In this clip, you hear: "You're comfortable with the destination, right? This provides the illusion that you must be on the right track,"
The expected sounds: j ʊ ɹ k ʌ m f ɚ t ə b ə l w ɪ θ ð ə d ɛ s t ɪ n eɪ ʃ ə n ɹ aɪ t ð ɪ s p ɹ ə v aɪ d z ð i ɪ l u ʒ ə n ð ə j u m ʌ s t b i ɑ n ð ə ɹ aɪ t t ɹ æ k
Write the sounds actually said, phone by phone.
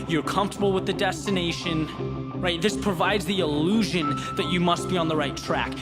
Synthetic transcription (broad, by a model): j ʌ ɹ k ʌ m f t ə b l w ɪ ð ə d ɛ s t ɪ n eɪ ʃ ə n ɹ aɪ t ð ɪ s p ɹ ə v aɪ d z ð i ɪ l u ʒ ə n ð ə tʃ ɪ m ʌ s t b i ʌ n ð ə ɹ aɪ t t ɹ æ k